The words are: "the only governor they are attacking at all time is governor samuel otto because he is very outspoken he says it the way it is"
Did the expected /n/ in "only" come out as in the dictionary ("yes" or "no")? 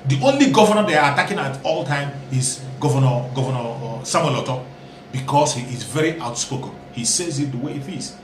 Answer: yes